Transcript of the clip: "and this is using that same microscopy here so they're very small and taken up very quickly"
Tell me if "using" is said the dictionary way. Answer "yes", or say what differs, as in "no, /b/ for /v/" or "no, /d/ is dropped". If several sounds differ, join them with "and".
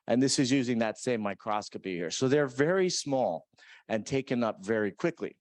yes